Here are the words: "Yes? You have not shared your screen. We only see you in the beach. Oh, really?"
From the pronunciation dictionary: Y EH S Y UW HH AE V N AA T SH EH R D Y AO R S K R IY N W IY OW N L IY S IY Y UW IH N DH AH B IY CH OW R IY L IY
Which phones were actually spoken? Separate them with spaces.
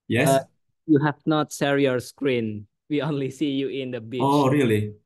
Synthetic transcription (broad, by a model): Y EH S Y UW HH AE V N AA T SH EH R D Y AO R S K R IY N W IY OW N L IY S IY Y UW IH N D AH B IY OW R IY L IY